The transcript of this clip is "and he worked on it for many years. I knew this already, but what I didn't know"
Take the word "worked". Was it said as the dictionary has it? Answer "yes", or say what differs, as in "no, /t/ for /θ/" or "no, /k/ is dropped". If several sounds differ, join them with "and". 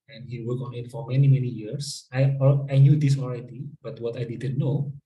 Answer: no, /t/ is dropped